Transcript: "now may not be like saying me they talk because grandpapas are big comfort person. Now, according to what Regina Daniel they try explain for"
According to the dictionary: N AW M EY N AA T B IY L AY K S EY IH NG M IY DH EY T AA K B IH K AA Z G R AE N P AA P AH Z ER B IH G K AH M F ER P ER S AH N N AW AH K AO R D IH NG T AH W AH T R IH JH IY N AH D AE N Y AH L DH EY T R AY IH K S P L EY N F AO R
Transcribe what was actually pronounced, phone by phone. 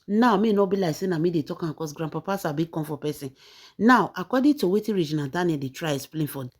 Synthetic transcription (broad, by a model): N AW M EY N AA B IY L AY K S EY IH M IY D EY T AA K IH K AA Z G R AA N P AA P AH S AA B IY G K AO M F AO P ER S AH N N AW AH K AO D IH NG T AH W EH T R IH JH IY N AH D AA N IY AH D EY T R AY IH S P L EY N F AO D